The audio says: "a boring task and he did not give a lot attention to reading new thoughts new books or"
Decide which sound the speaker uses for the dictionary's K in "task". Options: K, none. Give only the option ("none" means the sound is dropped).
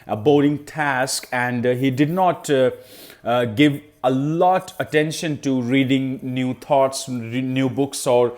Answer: K